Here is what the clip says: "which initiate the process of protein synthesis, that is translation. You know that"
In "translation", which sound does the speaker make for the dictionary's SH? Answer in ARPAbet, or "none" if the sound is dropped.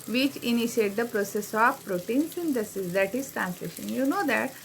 SH